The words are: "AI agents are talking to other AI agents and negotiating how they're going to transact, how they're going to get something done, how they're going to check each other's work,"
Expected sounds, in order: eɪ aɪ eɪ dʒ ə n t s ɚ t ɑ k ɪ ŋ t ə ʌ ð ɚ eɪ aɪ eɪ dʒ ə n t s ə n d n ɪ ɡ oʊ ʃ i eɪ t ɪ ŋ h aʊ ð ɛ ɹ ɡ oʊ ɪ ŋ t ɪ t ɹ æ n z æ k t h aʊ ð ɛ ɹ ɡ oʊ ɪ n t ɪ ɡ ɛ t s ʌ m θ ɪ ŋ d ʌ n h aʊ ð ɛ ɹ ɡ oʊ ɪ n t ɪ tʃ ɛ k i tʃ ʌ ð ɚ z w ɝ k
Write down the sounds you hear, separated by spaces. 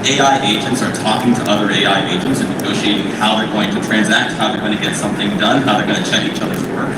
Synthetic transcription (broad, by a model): eɪ aɪ eɪ dʒ ə n t s ɚ t ɑ k ɪ ŋ t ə ʌ ð ɚ eɪ aɪ eɪ dʒ ə n t s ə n n ɪ ɡ oʊ ʃ i eɪ t ɪ ŋ h aʊ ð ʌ ɹ ɡ oʊ ɪ ŋ t ɪ t ɹ æ n z æ k t h aʊ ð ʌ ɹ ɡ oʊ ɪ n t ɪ ɡ ɛ t s ʌ m θ ɪ ŋ d ʌ n h aʊ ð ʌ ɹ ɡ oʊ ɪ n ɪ tʃ ɛ k i tʃ ʌ ð ɚ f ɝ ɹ